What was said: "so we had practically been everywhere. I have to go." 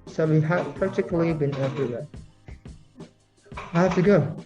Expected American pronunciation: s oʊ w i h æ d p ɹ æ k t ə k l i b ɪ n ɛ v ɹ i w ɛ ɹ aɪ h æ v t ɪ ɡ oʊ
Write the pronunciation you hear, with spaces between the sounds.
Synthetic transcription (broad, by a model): s oʊ w i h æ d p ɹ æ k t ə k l i b ɪ n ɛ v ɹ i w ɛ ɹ aɪ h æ f t ɪ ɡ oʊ